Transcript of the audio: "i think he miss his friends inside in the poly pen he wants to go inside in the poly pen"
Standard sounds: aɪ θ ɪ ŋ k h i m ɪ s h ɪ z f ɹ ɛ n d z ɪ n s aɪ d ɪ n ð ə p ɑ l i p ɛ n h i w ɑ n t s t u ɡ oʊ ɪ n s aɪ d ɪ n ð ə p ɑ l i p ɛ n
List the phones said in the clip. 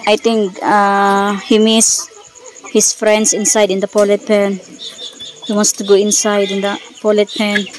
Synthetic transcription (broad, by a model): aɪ t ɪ ŋ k h i m ɪ s h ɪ s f ɹ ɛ n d s ɪ n s aɪ d ɪ n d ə p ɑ l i p ɛ n h i w ɑ n t s t u ɡ oʊ ɪ n s aɪ d ɪ n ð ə p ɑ l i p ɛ n